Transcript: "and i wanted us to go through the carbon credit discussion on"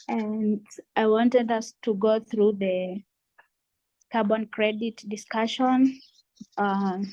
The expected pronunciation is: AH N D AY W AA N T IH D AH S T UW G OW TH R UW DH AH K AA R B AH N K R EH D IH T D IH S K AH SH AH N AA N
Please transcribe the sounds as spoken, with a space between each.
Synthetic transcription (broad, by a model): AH N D AY W AA N T IH D AH S T UW G OW TH R UW DH AH K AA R B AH N K R EH D IH T D IH S K AH SH AH N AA